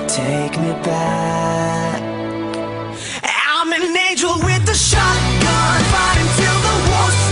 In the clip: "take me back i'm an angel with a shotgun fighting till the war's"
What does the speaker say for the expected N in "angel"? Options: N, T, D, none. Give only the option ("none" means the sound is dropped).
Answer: none